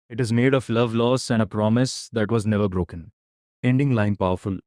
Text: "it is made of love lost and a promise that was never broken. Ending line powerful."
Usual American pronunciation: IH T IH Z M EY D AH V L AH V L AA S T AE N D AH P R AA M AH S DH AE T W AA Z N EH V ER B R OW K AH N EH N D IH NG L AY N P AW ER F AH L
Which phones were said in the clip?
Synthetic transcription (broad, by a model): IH T IH Z M EY D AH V L AH V L AA S AE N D AH P R AA M AH S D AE T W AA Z N EH V ER B R OW K AH N EH N D IH NG L AY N P AW ER F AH L